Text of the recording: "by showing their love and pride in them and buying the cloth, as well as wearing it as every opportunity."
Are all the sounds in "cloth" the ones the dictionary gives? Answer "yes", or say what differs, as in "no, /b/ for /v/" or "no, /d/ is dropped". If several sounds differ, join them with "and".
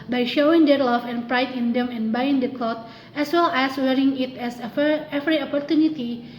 no, /t/ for /θ/